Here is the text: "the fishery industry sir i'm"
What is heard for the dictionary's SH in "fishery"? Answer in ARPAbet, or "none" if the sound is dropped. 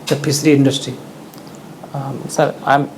S